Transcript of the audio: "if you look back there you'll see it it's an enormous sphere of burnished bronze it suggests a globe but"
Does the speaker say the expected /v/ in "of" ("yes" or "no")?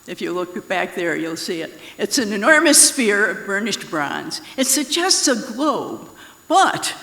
yes